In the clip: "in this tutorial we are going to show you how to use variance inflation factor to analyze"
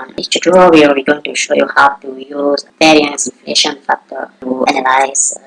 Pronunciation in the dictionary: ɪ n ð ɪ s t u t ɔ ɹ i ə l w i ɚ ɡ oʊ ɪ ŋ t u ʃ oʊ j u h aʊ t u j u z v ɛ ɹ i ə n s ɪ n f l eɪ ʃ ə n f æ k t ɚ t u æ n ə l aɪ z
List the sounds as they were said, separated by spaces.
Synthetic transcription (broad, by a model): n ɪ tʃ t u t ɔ w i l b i ɡ oʊ ɪ ŋ t u ʃ oʊ j u h aʊ t u j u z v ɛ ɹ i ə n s ɪ n f l eɪ ʃ ə n f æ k t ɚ t u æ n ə l aɪ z